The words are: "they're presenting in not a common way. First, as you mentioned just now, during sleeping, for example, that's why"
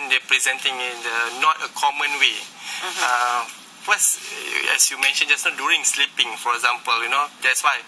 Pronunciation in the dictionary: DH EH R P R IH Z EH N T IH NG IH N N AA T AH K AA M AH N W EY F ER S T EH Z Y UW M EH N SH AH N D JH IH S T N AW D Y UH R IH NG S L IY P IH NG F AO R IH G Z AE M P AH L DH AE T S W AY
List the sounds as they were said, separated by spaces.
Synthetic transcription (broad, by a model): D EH P R IH Z EH N T IH NG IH N N AA T AH K AA M AH N W EY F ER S EH S Y UW M EH N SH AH N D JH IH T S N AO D Y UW R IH NG S L IY P IH NG F AO R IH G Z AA M P AH L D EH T S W AY